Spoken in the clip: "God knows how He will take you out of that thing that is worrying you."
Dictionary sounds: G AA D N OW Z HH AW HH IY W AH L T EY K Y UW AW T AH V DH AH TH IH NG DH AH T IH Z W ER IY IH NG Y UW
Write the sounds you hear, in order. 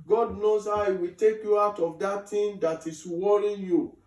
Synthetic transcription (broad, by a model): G AA D N OW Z HH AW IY W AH T EY K Y UW AW T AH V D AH T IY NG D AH T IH S W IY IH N Y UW